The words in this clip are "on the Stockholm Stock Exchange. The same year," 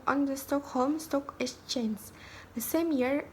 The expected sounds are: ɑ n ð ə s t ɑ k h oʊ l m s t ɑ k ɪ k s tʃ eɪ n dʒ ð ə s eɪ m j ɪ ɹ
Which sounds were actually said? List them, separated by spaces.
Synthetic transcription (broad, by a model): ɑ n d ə s t ɑ k h oʊ l m s t ɑ k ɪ s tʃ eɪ n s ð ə s eɪ m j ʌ ɹ